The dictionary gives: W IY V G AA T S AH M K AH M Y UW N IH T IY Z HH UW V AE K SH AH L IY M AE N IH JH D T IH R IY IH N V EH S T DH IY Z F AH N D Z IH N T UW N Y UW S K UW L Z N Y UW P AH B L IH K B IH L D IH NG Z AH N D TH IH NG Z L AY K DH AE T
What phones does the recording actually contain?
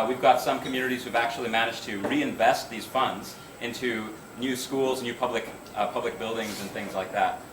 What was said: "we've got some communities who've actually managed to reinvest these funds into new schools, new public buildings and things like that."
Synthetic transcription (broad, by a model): W IY V G AA T S AH M K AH M Y UW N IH T IY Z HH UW V AE K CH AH L IY M AE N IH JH T IH R IY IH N V EH S T DH IY Z F AH N D Z IH N T UW N Y UW S K UW L Z N Y UW P AH B L IH K B IH L D IH NG Z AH N TH IH NG Z L AY K DH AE T